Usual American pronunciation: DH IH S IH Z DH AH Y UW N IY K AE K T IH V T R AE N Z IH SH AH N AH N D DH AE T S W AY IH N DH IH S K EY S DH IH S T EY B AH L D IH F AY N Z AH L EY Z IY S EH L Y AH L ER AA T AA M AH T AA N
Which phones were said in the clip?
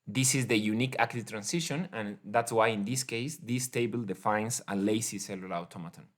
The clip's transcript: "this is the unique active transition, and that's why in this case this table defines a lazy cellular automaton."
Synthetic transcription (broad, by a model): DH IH S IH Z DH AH Y UW N IY K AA K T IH T R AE N S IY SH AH N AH N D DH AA T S W AY IH N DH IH S K EY S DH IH S T EY B AH L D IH F AY N S AH L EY S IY S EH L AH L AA T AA M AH T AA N